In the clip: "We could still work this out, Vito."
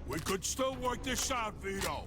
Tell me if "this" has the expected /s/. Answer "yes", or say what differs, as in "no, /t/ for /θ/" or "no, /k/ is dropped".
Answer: no, /ʃ/ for /s/